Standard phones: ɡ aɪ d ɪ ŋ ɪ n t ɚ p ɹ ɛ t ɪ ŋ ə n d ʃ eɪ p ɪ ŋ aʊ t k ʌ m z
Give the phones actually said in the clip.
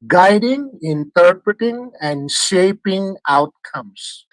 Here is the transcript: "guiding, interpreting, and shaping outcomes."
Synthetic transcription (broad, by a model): ɡ aɪ d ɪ ŋ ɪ n t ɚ p ɹ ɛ t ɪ ŋ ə n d ʃ eɪ p ɪ ŋ aʊ t k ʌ m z